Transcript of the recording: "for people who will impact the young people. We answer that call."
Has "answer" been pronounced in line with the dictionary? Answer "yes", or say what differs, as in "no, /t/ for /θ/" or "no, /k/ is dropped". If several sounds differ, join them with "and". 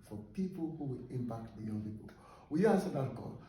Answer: no, /n/ is dropped